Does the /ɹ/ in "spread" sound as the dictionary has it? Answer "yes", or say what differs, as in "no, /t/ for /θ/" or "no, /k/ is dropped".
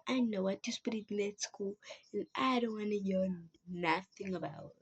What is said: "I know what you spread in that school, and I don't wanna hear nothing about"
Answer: no, /ɹ/ is dropped